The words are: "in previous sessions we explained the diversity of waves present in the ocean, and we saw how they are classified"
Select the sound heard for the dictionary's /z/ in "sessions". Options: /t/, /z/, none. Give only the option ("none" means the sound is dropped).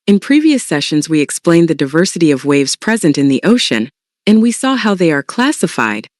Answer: /z/